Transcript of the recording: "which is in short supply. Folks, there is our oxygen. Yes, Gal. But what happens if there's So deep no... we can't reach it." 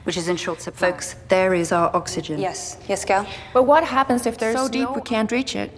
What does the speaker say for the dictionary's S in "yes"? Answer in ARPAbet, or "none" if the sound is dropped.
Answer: S